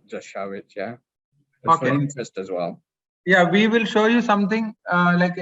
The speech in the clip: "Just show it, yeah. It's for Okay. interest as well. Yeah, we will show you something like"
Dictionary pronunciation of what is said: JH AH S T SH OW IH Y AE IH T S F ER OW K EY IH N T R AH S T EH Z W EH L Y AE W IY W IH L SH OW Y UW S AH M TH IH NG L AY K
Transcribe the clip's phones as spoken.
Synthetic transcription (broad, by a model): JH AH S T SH IH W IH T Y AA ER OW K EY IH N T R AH S T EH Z W EH L Y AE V IY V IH L SH OW Y UW S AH M T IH NG L AY K